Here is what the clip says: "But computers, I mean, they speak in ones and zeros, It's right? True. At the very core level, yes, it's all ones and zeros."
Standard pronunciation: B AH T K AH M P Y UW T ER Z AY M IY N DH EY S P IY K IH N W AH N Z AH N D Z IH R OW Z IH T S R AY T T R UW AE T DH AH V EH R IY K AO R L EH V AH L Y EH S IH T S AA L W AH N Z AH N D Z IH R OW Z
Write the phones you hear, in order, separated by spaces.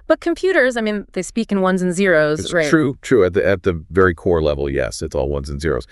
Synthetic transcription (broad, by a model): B AH T K AH M P Y UW T ER Z AY M IY N DH EY S P IY K IH N W AH N Z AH N Z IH R OW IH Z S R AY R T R UW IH T DH AH V EH R IY K AO R L EH V L Y EH S IH T S AA L W AH N Z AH N Z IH R OW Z